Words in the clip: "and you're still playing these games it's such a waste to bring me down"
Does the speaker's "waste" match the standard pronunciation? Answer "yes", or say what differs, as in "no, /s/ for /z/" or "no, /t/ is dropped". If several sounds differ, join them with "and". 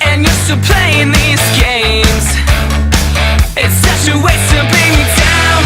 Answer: no, /s/ is dropped